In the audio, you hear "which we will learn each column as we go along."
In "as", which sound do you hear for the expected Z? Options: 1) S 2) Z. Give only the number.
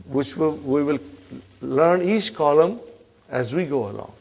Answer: 2